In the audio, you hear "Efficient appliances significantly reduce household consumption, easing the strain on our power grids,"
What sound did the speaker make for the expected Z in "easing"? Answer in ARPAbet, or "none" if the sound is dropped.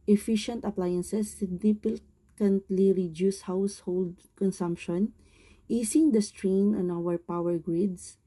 S